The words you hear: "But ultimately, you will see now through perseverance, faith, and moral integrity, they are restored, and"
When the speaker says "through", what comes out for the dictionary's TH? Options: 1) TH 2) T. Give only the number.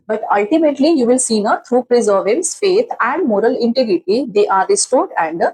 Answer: 2